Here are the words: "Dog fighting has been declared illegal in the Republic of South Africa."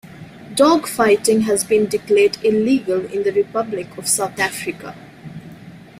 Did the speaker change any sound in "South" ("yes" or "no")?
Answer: yes